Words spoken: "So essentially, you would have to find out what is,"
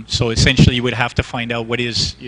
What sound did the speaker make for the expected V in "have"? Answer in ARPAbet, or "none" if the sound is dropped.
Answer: F